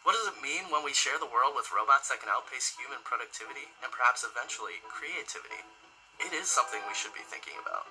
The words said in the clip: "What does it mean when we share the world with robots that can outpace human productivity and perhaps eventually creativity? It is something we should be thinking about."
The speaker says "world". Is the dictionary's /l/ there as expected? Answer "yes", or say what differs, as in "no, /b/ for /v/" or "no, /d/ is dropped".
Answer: yes